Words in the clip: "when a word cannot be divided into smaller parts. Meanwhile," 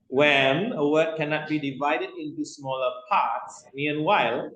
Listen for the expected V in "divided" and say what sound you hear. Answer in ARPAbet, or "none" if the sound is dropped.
V